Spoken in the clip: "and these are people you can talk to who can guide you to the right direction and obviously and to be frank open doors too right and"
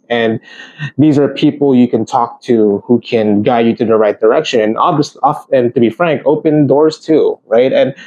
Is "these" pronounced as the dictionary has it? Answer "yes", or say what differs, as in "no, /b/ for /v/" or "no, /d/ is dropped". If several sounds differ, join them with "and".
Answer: yes